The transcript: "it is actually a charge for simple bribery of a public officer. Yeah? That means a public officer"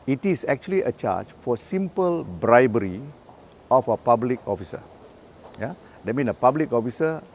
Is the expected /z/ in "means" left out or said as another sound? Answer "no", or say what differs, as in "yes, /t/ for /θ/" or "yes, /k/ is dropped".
yes, /z/ is dropped